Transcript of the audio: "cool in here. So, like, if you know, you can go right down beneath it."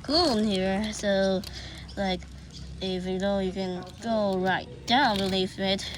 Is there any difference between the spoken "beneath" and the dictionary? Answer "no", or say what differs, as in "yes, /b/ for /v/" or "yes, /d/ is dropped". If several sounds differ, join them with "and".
yes, /l/ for /n/ and /f/ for /θ/